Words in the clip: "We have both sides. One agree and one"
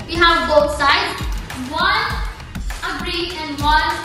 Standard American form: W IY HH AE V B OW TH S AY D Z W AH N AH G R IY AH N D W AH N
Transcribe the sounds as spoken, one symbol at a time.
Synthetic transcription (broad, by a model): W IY HH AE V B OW T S AY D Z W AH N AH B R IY AH N D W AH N